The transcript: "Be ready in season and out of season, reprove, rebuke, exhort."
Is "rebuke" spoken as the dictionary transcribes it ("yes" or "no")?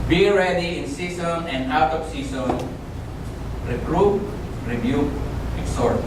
no